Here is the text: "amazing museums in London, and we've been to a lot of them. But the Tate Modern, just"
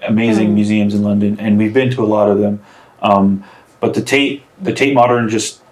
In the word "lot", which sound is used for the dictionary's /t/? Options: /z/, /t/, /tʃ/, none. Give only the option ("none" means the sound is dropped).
/t/